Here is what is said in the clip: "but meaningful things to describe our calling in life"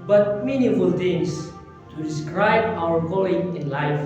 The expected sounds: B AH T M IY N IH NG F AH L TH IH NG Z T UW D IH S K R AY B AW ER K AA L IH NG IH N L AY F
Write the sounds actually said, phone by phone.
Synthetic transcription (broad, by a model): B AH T M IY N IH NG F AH L T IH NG S T UW D IH S K R AY B AW ER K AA L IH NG IH N L AY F